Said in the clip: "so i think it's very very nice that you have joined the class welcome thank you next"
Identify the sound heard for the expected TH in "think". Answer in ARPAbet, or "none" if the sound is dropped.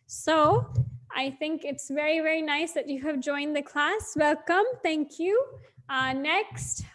TH